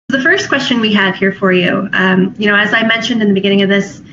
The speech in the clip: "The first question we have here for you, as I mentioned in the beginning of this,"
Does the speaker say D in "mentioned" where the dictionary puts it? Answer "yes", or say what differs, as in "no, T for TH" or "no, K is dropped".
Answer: yes